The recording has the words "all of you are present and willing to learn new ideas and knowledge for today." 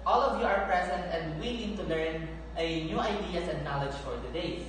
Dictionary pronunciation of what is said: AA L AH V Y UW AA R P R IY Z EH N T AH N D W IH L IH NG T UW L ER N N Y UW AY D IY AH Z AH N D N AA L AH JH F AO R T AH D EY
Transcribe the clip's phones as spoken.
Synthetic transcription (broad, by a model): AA L AH V Y UW AA R P R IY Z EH N T AH N D W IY N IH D T UW L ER N N Y UW AY D IY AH S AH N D N AA L AH JH F AO R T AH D EY